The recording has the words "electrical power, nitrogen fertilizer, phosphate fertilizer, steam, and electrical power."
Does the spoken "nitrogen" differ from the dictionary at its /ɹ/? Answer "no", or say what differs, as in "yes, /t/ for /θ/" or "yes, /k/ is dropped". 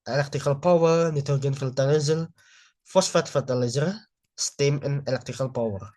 yes, /ɹ/ is dropped